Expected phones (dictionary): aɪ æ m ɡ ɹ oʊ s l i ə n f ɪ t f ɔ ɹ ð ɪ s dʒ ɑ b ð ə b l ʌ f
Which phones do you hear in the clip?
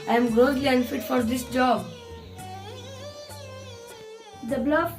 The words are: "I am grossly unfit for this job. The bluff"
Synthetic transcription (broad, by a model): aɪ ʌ m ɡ oʊ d l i ə n f ɪ t f ɔ ɹ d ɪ s dʒ ɑ b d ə b l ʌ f